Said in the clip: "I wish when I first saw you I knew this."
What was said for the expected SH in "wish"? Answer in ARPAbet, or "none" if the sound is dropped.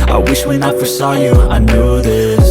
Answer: SH